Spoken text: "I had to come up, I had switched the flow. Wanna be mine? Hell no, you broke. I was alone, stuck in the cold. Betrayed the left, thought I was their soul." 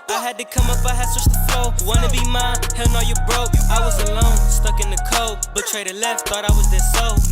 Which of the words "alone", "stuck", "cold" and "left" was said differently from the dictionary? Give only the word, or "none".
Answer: cold